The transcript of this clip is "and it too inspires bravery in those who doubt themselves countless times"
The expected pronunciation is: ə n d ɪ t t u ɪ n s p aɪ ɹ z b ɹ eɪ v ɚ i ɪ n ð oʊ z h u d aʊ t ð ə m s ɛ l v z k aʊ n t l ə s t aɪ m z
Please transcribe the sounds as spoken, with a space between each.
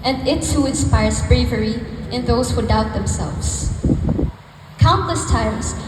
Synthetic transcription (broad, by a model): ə n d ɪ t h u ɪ n s p aɪ ɹ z b ɹ eɪ v ɚ i ɪ n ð oʊ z h u d aʊ t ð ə m s ɛ l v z k aʊ n t l ə s t aɪ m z